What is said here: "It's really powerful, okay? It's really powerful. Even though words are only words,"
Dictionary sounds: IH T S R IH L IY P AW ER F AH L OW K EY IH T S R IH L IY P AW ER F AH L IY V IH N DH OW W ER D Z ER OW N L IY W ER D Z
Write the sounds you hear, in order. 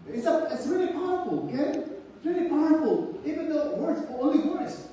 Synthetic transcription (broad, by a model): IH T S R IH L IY P AW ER F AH L OW K EY IH T S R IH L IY P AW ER F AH L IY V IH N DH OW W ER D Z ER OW L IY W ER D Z